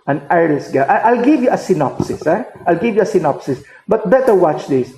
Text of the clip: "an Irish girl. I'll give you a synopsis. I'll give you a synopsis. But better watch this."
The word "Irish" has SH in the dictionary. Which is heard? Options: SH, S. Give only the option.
S